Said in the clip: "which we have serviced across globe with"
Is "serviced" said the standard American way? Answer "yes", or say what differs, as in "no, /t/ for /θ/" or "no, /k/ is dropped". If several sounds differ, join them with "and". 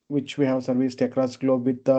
yes